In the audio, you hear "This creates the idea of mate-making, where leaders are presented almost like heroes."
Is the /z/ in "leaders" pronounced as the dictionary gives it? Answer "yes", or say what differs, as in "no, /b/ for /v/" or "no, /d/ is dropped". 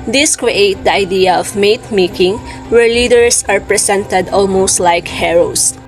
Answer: no, /s/ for /z/